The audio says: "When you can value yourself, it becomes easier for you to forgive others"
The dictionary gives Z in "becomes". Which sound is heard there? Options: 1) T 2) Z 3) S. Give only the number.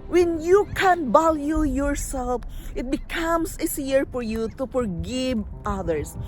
3